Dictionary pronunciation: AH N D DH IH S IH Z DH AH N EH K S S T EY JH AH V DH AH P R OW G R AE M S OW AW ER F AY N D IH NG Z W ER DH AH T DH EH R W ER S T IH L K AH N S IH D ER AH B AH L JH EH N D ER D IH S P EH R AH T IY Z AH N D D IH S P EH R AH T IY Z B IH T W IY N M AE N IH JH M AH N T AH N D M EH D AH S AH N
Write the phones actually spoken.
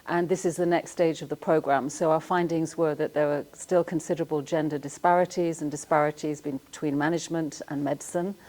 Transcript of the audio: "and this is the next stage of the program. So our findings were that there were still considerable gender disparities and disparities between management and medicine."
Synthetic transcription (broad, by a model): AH N DH IH S IH Z DH AH N EH K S S T EY JH AH V DH AH P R OW G R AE M S OW AW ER F AY N D IH NG Z W ER DH AH T DH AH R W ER S T IH L K AH N S IH D ER AH B AH L JH EH N D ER D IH S P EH R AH T IY Z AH N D D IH S P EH R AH T IY Z B IH T W IY N M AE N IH JH M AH N T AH N M EH D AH S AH N